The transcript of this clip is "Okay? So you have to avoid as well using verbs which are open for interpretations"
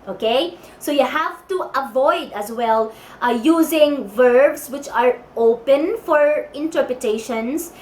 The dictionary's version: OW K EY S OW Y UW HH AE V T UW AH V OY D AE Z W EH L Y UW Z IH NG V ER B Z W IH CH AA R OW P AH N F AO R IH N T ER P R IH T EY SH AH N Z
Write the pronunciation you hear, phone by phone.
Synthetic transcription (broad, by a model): OW K EY S OW Y UW HH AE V T UW AH V OY D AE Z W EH L Y UW Z IH NG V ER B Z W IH CH AA R OW P AH N F AO R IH N T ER P R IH T EY SH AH N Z